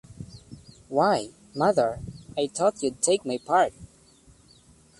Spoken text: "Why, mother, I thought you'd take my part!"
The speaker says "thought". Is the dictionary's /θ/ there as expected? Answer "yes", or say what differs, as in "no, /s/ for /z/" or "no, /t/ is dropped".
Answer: no, /t/ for /θ/